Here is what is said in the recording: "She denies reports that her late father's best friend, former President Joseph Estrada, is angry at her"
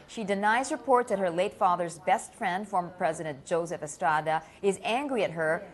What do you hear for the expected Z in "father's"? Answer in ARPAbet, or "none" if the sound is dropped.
Z